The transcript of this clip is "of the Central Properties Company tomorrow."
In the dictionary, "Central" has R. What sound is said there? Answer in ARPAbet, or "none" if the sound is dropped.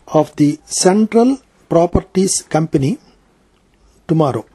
R